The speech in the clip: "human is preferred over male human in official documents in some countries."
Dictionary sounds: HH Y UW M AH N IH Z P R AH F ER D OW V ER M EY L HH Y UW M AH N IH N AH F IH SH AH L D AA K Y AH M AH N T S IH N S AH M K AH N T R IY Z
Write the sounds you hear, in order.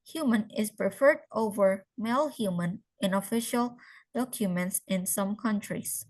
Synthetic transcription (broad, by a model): HH Y UW M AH N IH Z P R AH F ER D OW V ER M EY L HH Y UW M AH N IH N AH F IH SH AH L D AA K Y AH M AH N T S IH N S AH M K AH N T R IY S